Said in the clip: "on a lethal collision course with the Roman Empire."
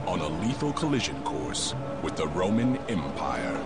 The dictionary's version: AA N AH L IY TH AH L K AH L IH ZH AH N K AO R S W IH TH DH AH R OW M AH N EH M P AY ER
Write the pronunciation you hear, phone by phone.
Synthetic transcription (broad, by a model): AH N AH L IY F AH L K AH L IH ZH AH N K AO R S W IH DH AH R OW M AH N EH M P AY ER